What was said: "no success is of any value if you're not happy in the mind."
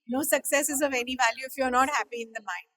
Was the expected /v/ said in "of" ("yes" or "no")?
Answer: yes